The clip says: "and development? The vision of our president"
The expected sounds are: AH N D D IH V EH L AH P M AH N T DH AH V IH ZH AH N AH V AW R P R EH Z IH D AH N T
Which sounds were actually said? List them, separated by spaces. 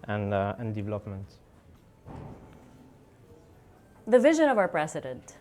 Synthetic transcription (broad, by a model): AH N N D IH V EH L AH P M AH N T DH AH V IH ZH AH N AH V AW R P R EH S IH D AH N T